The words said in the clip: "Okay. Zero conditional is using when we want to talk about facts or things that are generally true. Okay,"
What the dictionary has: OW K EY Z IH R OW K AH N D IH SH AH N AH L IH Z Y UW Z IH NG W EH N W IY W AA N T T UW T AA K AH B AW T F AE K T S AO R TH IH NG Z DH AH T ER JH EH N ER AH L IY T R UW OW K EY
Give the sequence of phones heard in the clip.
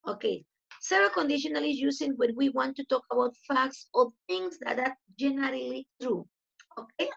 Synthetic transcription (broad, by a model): OW K EY S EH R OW K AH N D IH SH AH N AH L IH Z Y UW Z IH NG W EH N W IY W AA N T T UW T AA K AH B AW T F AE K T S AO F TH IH NG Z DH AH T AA JH EH N ER AH L IY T R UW OW K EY